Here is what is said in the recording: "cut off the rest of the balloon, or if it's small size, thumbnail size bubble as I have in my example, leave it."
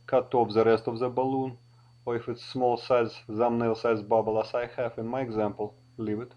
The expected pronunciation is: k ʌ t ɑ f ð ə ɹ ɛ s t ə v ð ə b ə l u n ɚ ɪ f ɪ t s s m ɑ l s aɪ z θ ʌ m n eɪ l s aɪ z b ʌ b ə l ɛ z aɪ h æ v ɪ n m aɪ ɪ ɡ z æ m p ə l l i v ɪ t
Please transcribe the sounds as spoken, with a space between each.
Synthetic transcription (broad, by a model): k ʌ t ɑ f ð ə ɹ ɛ s t ə v ð ə b ə l u n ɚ ɪ f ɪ t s s m ɑ l s aɪ z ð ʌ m n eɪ l s aɪ z b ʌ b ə l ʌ s aɪ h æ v ɪ n m aɪ ɪ ɡ z æ m p ə l l i v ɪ t